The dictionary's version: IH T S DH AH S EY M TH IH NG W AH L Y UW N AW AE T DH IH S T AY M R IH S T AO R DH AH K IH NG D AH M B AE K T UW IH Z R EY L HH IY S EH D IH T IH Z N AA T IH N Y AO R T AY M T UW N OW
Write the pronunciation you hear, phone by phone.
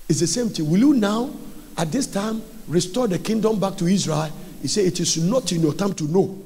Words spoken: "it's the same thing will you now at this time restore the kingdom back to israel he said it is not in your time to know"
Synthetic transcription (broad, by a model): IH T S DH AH S EY M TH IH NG W AH L Y UW N AW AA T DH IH S T AY M R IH S T AO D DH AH K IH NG D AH M B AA K T UW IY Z R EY L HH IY S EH IH T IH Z N AA T IH N Y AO T AY M T UW N OW